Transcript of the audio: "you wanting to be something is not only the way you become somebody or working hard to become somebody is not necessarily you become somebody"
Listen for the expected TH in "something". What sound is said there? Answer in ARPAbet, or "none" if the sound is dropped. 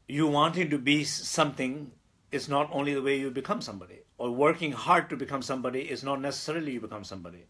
T